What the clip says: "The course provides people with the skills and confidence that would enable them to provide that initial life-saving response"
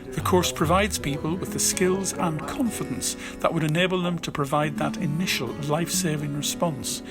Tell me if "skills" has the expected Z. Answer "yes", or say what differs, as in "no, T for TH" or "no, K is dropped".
yes